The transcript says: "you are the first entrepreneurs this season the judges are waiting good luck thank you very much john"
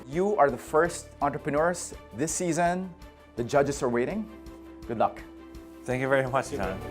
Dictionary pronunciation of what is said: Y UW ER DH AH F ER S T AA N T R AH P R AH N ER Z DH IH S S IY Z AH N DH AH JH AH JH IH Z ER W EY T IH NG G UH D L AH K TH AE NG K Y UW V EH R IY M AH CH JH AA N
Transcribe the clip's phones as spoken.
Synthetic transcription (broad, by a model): Y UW ER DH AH F ER S T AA N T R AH P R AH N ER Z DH IH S S IY Z AH N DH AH JH AH JH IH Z ER W EY T IH NG G UH D L AH K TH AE NG K Y UW V EH R IY M AH CH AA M